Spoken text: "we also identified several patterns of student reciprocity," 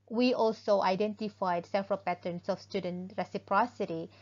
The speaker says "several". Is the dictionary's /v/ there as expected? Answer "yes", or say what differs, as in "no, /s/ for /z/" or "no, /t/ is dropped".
no, /f/ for /v/